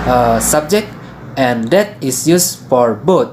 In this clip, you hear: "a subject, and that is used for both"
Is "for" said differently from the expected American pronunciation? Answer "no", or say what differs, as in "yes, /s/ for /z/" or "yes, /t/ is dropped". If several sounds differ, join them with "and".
no